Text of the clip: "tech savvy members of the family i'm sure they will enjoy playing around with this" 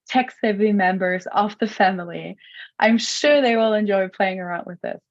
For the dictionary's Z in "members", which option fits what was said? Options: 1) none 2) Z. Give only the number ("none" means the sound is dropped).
2